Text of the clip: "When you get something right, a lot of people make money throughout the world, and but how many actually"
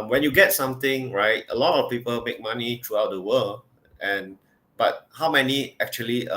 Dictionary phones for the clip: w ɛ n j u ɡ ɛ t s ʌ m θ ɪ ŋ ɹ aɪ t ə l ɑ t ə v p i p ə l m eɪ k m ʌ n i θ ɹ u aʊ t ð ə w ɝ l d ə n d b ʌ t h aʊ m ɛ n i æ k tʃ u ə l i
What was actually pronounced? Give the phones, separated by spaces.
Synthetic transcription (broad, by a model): w ɛ n j u ɡ ɛ t s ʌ m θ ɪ ŋ ɹ aɪ t ə l ɑ t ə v p i p ə l m eɪ k m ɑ n i t ɹ u aʊ t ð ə w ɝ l ə n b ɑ t h aʊ m ɛ n i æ k tʃ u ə l i